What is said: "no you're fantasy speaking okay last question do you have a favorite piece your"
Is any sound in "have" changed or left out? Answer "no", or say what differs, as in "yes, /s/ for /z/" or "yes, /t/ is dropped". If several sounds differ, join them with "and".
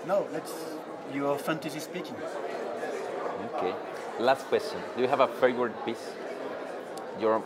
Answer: no